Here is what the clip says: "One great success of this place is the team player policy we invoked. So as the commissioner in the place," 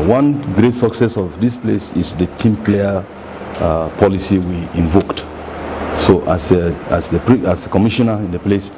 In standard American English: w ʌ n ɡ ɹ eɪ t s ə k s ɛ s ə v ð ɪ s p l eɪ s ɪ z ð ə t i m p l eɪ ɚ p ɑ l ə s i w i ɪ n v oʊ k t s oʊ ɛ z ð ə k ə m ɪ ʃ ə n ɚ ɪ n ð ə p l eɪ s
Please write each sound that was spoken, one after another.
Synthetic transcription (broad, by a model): w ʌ n ɡ ɹ eɪ t s ə k s ɛ s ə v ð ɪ s p l eɪ s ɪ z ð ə t i m p l eɪ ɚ p ɑ l ə s i w i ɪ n v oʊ k t s oʊ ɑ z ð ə k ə m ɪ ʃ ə n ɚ ɪ n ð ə p l eɪ s